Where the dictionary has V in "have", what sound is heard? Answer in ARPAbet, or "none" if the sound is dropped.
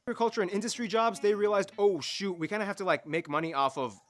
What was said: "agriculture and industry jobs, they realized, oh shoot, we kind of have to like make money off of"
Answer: F